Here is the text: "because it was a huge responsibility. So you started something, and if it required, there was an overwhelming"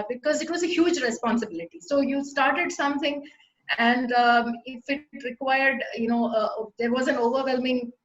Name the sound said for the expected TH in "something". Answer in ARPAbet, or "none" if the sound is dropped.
T